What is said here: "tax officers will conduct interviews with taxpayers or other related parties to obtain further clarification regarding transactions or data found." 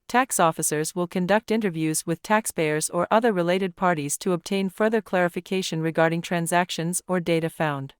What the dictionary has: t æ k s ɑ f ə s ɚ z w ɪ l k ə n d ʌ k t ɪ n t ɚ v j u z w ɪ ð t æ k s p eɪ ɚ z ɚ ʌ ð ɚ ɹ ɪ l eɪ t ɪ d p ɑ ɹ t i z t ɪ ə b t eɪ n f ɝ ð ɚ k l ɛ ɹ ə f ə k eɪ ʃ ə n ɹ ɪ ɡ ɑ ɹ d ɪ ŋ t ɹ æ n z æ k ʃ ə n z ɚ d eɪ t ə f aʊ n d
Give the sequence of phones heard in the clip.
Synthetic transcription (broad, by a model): t æ k s ɑ f ə s ɚ z w ɪ l k ə n d ʌ k t ɪ n t ɚ v j u z w ɪ ð t æ k s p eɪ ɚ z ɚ ʌ ð ɚ ɹ ɪ l eɪ t ɪ d p ɑ ɹ t i z t ɪ ə b t eɪ n f ɝ ð ɚ k l ɛ ɹ ə f ə k eɪ ʃ ə n ɹ ɪ ɡ ɑ ɹ d ɪ ŋ t ɹ æ n z æ k ʃ ə n z ɚ d eɪ t ə f aʊ n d